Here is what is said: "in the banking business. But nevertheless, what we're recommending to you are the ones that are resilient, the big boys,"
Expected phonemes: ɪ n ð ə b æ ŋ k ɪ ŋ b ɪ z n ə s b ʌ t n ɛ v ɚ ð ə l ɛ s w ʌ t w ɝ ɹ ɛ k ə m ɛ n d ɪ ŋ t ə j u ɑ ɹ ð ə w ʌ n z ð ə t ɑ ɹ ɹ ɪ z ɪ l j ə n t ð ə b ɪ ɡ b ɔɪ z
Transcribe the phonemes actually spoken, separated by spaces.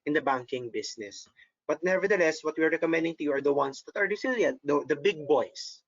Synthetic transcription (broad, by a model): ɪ n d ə b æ ŋ k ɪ ŋ b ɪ s n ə s b ʌ t n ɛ v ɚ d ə l ɛ s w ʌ t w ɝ ɹ ɛ k ə m ɛ n d ɪ ŋ t ə j u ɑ ɹ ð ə w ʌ n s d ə t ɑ ɹ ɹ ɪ s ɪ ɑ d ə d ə b ɪ ɡ b ɔɪ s